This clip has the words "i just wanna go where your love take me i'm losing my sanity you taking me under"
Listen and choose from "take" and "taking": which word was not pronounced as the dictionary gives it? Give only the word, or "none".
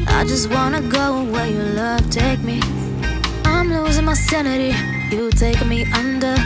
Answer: taking